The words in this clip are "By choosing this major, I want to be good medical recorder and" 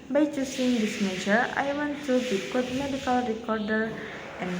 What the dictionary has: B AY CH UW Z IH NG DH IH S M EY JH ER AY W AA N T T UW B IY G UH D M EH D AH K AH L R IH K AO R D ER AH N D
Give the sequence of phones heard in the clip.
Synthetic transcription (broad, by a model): B AY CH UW S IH NG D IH S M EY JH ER AY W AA N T T UW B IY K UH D M EH D AH K AH L R IH K AO R D ER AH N